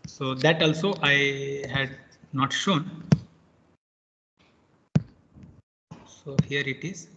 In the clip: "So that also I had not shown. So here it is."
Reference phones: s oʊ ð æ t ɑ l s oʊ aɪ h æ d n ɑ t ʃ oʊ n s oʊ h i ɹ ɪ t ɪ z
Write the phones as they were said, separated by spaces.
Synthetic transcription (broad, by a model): s oʊ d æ t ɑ l s oʊ aɪ h æ d n ɑ t ʃ oʊ n s oʊ h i ɹ ɪ t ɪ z